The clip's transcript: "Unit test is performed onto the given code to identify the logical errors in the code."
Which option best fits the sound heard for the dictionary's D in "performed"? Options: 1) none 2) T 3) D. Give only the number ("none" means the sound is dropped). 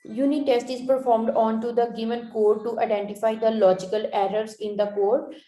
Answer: 3